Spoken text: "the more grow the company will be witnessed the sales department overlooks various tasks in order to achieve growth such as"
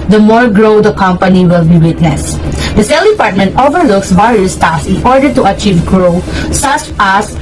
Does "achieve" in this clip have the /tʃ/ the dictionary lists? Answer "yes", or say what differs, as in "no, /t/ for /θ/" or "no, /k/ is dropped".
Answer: yes